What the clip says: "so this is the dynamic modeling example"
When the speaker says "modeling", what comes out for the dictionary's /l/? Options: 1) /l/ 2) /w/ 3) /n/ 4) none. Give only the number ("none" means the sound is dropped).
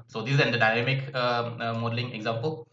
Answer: 1